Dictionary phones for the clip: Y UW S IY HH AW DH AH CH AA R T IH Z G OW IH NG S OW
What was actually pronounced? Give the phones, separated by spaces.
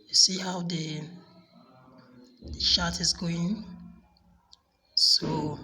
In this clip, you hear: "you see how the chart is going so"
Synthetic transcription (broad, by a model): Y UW S IY HH AW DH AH SH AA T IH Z G OW IH NG S OW